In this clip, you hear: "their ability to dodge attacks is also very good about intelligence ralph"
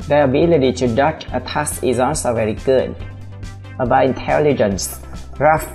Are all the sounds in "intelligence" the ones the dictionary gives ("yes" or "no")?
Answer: yes